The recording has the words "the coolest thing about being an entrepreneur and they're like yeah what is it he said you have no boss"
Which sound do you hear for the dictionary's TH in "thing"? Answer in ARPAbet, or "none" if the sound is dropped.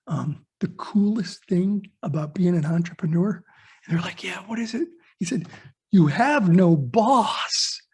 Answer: TH